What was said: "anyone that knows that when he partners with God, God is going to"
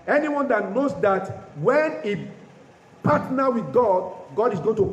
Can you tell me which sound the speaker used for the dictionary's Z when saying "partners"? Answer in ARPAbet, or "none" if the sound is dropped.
none